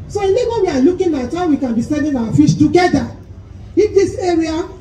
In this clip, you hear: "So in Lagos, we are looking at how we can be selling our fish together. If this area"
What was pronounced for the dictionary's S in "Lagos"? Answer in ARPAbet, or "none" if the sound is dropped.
none